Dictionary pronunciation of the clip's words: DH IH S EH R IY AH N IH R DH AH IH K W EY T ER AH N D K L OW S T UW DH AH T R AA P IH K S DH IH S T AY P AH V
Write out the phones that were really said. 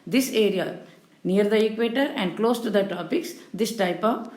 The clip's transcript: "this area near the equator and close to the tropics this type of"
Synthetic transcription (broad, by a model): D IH S EH R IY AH N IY R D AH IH K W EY T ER AH N D K L OW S T UW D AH T AA P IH K S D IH S T AY P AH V